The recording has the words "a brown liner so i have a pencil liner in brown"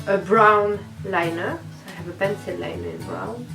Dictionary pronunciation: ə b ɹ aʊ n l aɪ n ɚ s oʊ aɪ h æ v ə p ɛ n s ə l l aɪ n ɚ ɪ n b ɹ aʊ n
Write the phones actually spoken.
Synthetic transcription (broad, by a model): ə b ɹ aʊ n l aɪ n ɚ s oʊ aɪ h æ v ə b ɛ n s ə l l aɪ n ɚ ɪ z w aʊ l